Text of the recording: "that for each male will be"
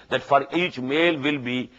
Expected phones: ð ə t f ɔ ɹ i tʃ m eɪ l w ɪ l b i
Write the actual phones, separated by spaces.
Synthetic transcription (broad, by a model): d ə t f ɔ ɹ i tʃ m eɪ l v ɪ l b i